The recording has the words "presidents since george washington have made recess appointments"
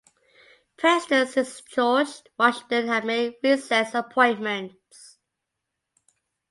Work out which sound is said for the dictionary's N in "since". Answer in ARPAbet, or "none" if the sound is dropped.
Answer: none